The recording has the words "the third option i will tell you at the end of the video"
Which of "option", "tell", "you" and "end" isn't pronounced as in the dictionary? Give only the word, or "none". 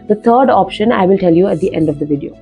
none